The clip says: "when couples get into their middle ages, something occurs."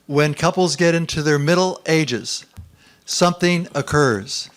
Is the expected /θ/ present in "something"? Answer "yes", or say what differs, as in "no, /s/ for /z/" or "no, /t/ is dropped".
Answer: yes